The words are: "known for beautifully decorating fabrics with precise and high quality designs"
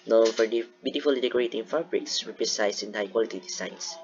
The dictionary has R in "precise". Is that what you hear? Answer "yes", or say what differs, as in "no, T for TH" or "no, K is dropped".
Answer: no, R is dropped